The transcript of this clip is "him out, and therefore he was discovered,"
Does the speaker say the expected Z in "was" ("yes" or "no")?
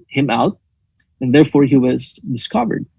yes